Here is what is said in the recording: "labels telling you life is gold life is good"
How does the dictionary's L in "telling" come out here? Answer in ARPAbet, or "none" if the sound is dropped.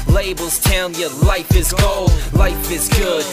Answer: none